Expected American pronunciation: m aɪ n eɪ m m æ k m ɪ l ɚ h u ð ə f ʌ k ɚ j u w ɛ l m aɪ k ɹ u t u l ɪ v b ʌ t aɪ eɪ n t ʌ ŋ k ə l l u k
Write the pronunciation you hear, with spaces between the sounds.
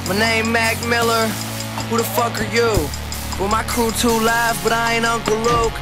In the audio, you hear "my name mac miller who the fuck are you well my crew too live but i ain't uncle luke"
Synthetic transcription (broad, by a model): m aɪ n eɪ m m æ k m ɪ l ɚ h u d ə f ʌ k ɚ j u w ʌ m aɪ k ɹ u t u l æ f b ʌ t aɪ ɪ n ʌ ŋ k ə l l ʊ k